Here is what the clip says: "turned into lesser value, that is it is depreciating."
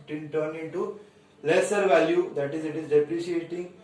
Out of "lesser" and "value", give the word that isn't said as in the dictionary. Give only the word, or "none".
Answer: none